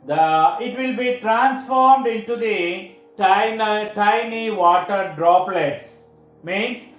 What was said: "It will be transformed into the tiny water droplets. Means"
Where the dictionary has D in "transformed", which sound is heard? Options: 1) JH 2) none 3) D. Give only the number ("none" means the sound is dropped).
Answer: 3